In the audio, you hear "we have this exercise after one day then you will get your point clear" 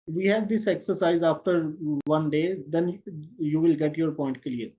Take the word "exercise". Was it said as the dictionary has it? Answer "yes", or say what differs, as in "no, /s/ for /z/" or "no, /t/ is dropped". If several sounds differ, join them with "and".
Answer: yes